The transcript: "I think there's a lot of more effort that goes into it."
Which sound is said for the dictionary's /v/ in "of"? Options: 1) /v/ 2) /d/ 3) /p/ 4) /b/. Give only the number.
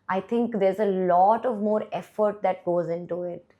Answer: 1